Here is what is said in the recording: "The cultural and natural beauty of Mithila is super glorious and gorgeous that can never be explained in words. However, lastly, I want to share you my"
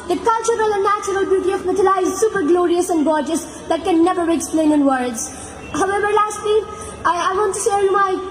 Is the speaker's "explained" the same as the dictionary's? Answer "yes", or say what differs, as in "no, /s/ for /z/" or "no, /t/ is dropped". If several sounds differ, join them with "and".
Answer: no, /d/ is dropped